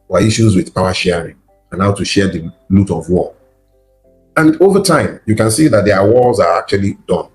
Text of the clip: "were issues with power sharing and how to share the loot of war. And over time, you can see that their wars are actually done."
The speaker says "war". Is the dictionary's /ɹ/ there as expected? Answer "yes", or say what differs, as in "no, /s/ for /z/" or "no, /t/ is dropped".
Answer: no, /l/ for /ɹ/